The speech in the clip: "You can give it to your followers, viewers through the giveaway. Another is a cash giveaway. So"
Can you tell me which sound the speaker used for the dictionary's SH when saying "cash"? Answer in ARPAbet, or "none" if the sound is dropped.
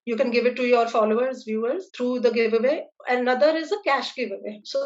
SH